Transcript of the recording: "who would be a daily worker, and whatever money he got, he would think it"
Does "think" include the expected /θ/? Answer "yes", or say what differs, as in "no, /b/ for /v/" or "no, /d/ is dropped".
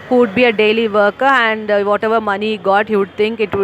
no, /t/ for /θ/